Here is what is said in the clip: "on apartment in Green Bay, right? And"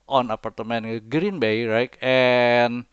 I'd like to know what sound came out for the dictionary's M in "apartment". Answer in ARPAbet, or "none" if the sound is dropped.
none